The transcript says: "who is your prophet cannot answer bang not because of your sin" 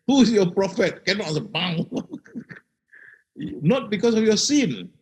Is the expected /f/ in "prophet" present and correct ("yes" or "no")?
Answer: yes